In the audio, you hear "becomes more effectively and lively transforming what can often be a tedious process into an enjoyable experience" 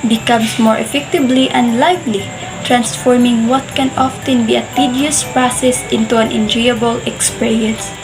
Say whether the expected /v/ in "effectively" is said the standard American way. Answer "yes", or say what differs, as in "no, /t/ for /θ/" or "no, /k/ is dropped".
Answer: no, /b/ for /v/